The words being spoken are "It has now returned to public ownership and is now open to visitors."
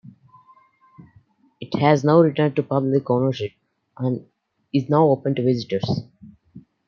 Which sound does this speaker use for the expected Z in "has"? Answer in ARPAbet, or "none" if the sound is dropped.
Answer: Z